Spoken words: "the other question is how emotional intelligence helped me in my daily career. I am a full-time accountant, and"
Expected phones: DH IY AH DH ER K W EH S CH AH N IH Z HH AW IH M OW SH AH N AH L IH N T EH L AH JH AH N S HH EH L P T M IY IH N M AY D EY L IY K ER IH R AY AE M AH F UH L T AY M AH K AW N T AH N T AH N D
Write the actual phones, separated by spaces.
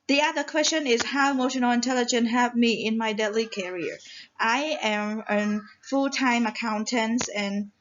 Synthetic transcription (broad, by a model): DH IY AH DH ER K W EH S CH AH N IH Z HH AW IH M OW SH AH N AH L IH N T EH L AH JH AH N HH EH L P M IY IH N M AY D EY L IY K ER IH R AY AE M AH F UH L T AY M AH K AW N T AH N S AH N